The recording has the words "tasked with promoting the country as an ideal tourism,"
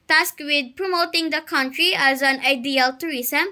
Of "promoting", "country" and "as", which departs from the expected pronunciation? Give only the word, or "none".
none